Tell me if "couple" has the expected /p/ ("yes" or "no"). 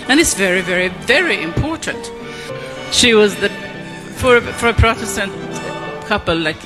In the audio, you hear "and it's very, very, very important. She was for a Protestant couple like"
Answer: yes